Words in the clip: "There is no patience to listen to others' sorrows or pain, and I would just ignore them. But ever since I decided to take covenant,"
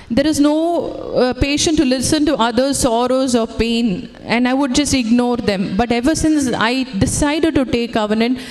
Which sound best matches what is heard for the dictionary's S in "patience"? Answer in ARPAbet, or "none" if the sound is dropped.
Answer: none